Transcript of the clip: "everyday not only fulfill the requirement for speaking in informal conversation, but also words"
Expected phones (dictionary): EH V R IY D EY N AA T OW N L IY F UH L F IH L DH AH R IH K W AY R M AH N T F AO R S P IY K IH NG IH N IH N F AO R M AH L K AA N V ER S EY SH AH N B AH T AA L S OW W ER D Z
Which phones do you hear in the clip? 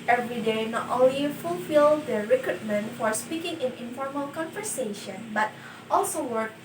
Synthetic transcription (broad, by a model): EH V R IY D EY N AA T OW N L IY F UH L F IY L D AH R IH K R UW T M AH N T F AO R S P IY K IH NG IH N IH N F AO R M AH L K AA N V ER S EY SH AH N B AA T AA L S OW W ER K